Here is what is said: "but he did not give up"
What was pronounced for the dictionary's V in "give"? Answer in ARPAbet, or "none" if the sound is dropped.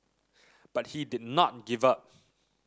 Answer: V